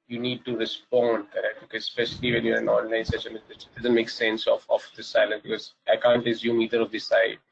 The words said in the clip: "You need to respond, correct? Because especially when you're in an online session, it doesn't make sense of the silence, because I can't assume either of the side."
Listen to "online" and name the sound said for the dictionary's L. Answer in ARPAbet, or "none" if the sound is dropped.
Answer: none